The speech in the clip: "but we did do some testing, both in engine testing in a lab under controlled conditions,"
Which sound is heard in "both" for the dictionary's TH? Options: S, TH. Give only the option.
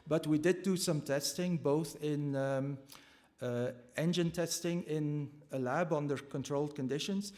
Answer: TH